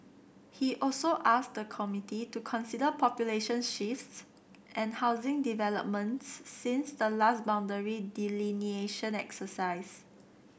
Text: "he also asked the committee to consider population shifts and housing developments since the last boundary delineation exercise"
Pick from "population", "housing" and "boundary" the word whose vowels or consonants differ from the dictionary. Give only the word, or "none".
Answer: none